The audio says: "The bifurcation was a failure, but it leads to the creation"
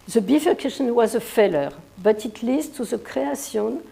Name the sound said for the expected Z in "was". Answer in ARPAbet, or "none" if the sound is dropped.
Z